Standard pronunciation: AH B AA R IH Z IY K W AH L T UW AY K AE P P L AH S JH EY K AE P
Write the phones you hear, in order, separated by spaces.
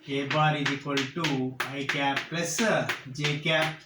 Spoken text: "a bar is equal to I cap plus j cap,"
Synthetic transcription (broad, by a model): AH B AA R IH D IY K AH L T UW AY K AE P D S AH JH EY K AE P